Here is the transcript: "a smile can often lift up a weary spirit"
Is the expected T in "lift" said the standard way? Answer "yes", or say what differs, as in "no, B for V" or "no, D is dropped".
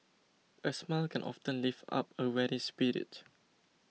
no, T is dropped